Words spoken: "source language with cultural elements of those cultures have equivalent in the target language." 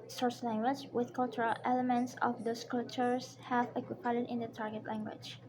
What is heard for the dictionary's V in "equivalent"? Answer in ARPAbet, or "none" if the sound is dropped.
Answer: P